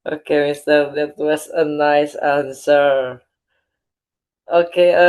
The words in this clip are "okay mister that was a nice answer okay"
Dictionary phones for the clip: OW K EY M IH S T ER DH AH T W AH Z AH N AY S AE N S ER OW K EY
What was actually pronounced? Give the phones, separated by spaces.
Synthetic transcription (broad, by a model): OW K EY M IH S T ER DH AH T W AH S AH N AY S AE N S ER OW K EY